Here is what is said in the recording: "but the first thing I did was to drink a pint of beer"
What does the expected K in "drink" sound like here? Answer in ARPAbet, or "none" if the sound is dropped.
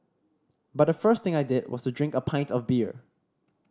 K